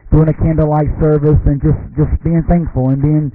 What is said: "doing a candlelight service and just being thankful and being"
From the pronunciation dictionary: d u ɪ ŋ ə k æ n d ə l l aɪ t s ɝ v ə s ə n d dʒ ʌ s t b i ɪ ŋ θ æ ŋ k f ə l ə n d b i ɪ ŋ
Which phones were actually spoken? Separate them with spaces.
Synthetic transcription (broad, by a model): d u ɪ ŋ ə k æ n d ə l l aɪ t s ɝ v ə s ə n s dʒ ʌ s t b i ɪ ŋ θ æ ŋ k f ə l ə n b i ɪ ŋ